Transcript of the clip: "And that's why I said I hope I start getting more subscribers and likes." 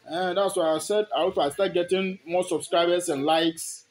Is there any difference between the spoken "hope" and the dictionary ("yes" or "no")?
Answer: yes